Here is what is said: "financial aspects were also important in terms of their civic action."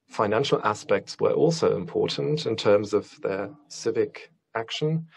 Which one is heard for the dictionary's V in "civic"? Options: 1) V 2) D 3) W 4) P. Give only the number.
1